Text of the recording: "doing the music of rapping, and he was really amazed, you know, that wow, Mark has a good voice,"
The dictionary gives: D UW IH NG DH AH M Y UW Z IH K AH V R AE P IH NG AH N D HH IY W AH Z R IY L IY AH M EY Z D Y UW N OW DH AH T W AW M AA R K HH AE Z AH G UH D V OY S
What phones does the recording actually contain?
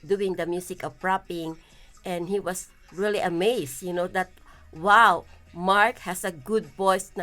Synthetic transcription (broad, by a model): D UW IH NG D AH M Y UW S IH K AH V R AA P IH NG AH N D HH IY W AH S R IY L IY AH M EY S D Y UW N OW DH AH T W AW M AA R K HH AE S AH G UH D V OY S